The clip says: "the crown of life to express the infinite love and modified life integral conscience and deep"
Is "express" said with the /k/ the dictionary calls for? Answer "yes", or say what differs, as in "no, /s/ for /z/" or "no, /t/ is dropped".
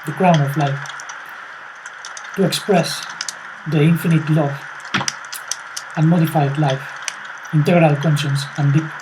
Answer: yes